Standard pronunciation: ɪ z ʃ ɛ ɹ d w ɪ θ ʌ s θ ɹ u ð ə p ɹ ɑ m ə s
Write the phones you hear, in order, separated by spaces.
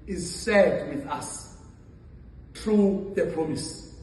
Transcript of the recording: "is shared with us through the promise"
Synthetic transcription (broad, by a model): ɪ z s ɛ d w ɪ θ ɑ s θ ɹ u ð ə p ɹ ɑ m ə s